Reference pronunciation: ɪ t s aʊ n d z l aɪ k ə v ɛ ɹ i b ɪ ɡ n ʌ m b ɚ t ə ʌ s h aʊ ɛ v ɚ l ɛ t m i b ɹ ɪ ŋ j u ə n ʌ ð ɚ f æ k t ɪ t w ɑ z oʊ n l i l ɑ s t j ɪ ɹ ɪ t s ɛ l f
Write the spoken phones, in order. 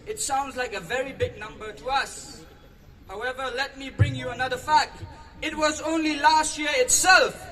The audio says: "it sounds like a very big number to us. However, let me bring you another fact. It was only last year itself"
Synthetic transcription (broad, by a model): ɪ t s aʊ n d z l aɪ k ə v ɛ ɹ i b ɪ ɡ n ʌ m b ɚ t ə ʌ s h aʊ ɛ v ɚ l ɛ t m i b ɹ ɪ ŋ j u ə n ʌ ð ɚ f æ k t ɪ t w ɑ z oʊ n l i l ɑ s t j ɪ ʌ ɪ t s ɛ l f